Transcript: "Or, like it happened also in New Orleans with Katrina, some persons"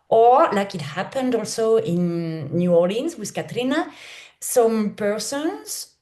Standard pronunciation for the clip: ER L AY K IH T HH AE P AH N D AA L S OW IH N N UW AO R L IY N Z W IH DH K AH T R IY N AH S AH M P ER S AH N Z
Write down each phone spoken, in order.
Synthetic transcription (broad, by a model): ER L AY K IH T HH AE P AH N D AA L S OW IH N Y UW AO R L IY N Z W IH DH K AH T R IY N AH S AH M P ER S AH N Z